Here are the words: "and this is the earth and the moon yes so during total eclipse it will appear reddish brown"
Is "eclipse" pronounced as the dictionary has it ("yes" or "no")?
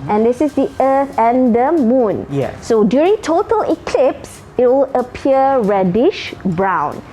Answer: yes